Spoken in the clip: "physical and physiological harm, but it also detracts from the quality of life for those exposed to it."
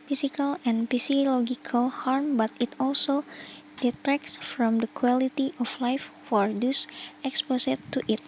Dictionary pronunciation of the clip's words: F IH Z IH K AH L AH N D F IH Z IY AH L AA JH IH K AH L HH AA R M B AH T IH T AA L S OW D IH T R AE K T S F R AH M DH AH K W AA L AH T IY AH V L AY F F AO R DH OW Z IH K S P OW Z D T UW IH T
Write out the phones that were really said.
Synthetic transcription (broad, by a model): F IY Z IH K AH L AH N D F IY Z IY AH L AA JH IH K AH L HH AA R M B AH T IH T AA L S OW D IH T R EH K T S F R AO M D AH K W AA L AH T IY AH F L AY F F AO R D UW S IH K S P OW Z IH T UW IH T